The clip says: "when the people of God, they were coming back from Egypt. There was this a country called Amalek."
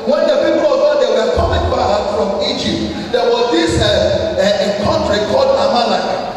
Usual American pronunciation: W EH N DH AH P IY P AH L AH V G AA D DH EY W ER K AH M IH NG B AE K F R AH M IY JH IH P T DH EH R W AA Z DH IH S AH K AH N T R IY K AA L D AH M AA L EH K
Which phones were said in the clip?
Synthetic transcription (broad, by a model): W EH N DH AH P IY P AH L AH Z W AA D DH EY W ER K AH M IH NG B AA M F R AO M IY JH IH P T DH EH W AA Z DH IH S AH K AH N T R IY K AA L D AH M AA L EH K